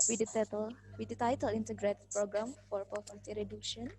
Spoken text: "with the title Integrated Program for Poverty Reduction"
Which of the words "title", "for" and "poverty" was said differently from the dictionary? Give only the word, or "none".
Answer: poverty